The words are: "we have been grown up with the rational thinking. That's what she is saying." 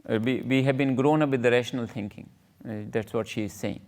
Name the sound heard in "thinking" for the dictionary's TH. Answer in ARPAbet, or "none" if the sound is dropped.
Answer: T